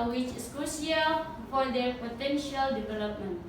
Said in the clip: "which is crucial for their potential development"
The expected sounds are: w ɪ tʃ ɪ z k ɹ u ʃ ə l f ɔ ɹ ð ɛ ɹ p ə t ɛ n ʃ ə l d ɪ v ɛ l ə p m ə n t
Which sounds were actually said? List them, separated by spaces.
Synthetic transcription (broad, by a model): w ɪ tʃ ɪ s k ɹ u s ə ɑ f ɔ ɹ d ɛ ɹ p ə t ɛ n ʃ ə l d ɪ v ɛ l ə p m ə n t